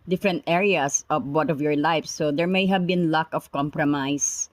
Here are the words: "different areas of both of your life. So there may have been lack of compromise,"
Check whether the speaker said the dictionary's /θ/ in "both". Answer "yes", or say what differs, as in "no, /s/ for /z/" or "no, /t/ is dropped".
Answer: no, /t/ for /θ/